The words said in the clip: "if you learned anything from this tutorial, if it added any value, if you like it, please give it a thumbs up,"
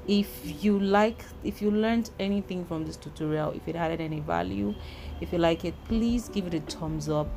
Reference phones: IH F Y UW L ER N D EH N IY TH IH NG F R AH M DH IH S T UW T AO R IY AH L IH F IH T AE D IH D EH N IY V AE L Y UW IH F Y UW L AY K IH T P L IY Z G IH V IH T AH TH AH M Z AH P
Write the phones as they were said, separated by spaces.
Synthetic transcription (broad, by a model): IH F Y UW L ER N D EH N IY TH IH NG F R AH M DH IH S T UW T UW R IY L IH F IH T AE D IH D EH N IY V AE L Y UW IH F Y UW L AY K IH T P L IY Z G IH V IH T AH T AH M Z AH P